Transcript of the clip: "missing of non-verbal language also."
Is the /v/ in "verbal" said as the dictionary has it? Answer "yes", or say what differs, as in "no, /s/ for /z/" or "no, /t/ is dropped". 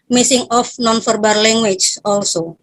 no, /f/ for /v/